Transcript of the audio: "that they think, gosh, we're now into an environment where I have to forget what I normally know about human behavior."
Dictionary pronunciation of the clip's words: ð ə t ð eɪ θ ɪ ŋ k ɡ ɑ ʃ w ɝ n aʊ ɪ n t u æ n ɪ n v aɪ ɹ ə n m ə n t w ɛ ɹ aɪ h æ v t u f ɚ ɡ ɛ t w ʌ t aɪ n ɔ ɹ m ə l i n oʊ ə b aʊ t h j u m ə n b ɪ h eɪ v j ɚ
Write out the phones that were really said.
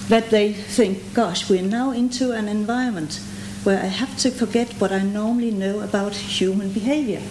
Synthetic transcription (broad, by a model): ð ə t ð eɪ θ ɪ ŋ k ɡ ɑ ʃ w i n aʊ ɪ n t u æ n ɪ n v aɪ ə n m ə n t w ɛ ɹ aɪ h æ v t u f ɚ ɡ ɛ t w ʌ t aɪ n ɔ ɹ m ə l i n oʊ ə b aʊ t h j u m ə n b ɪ h eɪ v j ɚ